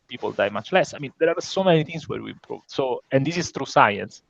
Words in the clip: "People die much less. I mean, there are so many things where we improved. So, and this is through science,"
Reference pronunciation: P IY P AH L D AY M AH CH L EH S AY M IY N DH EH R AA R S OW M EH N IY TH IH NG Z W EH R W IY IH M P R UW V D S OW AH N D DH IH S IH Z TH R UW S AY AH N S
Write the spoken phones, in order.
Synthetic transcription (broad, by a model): P IY P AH L D AY M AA CH L EH S AY M IY N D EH R AA R S OW M EH N IY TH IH NG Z W EH R W IY IH M P R UW V D S OW AH N D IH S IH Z T R UW S AY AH N S